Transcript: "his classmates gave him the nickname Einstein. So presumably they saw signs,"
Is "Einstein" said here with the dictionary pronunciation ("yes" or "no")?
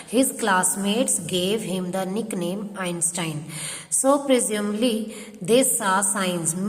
yes